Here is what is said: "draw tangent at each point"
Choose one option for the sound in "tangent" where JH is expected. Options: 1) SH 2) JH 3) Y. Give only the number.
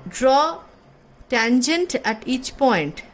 2